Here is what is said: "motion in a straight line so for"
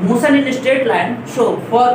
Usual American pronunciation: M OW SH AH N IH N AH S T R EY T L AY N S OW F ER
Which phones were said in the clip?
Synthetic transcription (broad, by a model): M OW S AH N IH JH AH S T EY T L AY N SH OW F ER